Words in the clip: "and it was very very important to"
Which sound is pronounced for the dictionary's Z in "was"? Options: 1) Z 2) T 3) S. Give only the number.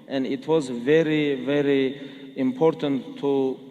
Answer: 1